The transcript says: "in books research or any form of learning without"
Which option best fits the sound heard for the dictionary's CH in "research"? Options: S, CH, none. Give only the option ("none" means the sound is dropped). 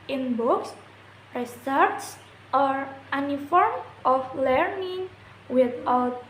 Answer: S